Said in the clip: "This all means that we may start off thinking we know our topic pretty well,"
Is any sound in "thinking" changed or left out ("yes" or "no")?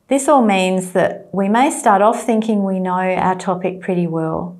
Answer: no